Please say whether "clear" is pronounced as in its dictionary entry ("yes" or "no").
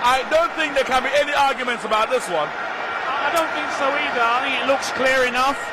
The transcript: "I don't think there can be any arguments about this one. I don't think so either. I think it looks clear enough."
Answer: yes